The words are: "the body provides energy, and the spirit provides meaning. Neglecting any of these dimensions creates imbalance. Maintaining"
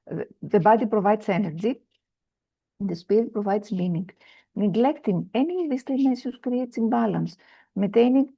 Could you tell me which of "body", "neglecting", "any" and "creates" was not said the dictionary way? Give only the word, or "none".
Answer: creates